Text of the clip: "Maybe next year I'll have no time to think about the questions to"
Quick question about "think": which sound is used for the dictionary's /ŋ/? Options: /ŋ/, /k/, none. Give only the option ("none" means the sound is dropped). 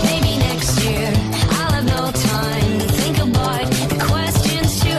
/ŋ/